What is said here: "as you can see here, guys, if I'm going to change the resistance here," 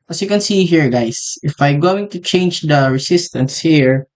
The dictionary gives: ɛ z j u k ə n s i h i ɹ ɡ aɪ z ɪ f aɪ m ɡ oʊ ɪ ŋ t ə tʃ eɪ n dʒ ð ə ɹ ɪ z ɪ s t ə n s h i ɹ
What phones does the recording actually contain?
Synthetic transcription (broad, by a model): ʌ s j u k ə n s i h i ɹ ɡ aɪ s ɪ f aɪ m ɡ oʊ ɪ ŋ t ə tʃ eɪ n dʒ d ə ɹ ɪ s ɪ s t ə n s h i ɹ